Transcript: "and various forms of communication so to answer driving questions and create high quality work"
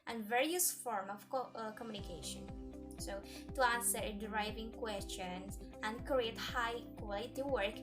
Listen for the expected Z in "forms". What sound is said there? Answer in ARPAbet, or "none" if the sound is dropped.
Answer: none